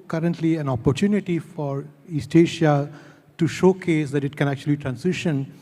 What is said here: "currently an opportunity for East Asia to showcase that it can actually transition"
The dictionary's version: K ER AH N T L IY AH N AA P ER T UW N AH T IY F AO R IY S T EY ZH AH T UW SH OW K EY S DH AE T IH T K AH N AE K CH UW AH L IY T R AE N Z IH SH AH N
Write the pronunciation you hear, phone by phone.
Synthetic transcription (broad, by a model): K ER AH N T L IY AH N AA P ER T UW N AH T IY F AO R IY S T EY SH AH T UW SH OW K EY S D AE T IH T K AH N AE K CH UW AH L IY T R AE N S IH SH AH N